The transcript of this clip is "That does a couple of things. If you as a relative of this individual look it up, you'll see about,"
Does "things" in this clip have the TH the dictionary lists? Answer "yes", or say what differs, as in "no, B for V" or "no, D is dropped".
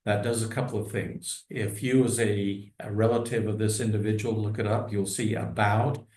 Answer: yes